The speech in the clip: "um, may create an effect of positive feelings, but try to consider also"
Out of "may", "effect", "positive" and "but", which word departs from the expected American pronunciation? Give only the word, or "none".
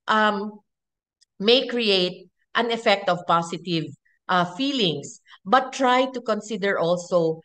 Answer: positive